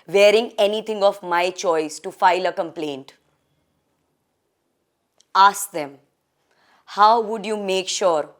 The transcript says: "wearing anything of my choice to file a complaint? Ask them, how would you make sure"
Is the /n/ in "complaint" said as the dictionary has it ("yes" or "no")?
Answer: yes